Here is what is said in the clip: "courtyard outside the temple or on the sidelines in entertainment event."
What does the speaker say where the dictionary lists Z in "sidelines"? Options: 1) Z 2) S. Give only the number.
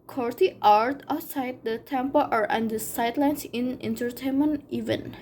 2